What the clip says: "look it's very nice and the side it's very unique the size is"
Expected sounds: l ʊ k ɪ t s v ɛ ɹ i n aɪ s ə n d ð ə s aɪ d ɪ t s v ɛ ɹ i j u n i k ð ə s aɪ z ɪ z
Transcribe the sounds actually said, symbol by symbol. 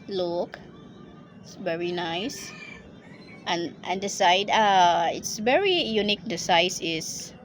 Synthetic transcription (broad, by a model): l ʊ k ɪ t s v ɛ ɹ i n aɪ s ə n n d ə s aɪ d ɪ t s v ɛ ɹ i j u n i k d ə s aɪ s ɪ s